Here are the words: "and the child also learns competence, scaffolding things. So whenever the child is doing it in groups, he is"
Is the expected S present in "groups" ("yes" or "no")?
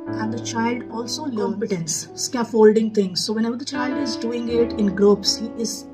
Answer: yes